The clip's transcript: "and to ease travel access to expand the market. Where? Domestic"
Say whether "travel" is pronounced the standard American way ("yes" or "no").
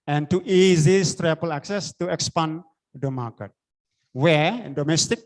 no